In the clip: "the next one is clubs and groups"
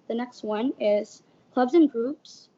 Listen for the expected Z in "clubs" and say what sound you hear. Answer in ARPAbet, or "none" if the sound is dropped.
Z